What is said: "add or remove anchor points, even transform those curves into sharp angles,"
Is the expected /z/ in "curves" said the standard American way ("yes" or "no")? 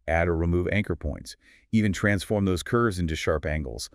yes